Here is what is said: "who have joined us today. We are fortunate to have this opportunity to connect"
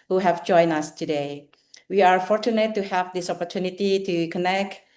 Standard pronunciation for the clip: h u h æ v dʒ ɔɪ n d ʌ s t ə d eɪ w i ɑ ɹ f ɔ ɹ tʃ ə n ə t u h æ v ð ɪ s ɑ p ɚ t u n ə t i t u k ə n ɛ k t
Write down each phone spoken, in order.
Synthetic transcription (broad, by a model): h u h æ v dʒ ɔɪ n ʌ s t ə d eɪ w i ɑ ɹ f ɔ ɹ tʃ ə n ə t u h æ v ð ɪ s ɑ p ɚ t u n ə t i t u k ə n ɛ k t